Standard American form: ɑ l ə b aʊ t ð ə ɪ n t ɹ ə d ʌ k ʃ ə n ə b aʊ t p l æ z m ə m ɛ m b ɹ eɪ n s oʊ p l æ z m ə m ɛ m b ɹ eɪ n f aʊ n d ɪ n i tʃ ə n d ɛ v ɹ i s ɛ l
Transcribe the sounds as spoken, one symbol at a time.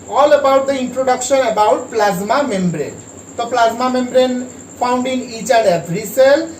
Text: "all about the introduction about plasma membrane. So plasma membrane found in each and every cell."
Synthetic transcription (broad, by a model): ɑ l ə b aʊ t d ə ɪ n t ɹ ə d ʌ k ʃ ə n ə b aʊ t p l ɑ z m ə m ɛ m b ɹ eɪ n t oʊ p l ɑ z m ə m ɛ m b ɹ eɪ n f aʊ n d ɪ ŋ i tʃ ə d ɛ b ɹ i s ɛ l